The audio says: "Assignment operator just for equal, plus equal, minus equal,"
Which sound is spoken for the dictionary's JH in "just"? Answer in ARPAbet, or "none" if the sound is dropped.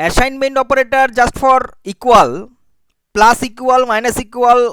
JH